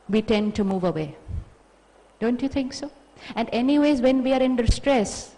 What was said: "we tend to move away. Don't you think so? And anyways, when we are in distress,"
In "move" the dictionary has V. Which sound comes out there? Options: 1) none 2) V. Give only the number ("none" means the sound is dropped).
2